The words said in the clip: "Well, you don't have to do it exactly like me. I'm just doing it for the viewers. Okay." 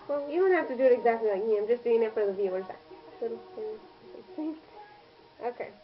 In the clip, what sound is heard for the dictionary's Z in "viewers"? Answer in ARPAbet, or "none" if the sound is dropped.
S